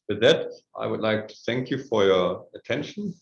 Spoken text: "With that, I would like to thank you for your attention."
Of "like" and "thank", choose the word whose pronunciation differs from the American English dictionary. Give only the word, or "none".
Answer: none